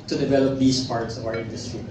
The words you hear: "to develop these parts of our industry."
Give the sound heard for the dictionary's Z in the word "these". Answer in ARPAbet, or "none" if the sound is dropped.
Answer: S